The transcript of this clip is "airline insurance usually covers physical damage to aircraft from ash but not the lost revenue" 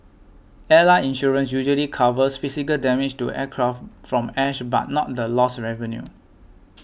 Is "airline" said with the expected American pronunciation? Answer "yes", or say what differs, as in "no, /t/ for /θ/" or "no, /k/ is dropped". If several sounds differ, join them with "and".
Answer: no, /n/ is dropped